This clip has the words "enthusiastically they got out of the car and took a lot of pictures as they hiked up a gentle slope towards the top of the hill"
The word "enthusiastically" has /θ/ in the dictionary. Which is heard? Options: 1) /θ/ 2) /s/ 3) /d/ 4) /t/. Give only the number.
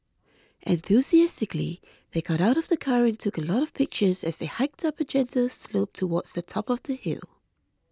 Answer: 1